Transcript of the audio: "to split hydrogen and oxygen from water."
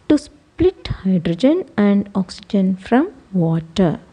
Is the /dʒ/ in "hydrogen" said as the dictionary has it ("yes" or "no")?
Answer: yes